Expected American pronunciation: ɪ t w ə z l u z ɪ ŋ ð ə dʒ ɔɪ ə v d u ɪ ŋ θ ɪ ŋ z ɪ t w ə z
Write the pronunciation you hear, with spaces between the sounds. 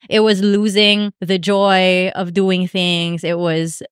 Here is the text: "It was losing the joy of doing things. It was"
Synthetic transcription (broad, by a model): ɪ t w ə z l u z ɪ ŋ ð ə dʒ ɔɪ ə v d u ɪ ŋ θ ɪ ŋ z ɪ t w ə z